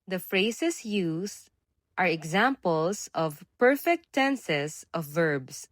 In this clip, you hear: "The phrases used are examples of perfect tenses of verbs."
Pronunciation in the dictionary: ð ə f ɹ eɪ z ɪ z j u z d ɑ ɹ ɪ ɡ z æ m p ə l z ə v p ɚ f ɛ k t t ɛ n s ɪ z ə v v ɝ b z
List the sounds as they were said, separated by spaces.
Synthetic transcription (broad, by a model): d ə f ɹ eɪ s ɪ s j u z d ɑ ɹ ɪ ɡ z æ m p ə l s ə v p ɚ f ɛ k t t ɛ n s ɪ s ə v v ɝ b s